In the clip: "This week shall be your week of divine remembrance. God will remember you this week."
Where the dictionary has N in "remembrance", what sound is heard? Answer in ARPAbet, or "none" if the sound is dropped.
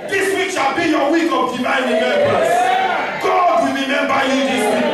none